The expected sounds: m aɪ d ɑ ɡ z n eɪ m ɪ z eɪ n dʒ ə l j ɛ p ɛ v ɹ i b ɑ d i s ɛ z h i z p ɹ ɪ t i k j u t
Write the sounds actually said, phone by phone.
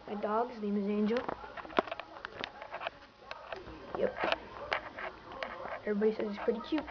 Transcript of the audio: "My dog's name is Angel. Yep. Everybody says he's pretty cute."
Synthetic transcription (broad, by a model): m aɪ d ɑ ɡ z l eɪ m ɪ z eɪ n dʒ ə l j ɛ p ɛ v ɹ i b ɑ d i s ɛ z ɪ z p ɹ ɪ t i k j u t